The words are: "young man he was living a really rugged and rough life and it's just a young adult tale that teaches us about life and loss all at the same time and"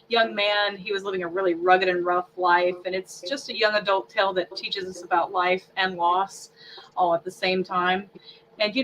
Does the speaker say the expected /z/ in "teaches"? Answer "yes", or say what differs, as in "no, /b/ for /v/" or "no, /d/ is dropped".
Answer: yes